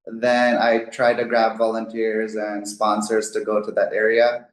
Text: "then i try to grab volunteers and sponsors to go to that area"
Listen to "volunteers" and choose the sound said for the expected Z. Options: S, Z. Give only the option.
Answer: Z